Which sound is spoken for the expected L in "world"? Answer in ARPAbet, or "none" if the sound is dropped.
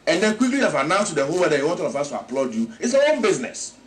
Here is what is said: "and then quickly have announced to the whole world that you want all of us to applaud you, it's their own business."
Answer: none